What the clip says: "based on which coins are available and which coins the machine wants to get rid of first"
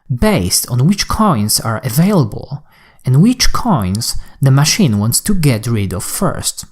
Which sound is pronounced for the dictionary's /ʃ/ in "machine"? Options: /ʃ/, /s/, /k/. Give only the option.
/ʃ/